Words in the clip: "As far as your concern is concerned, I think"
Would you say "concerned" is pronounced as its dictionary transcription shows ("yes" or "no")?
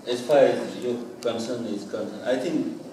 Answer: no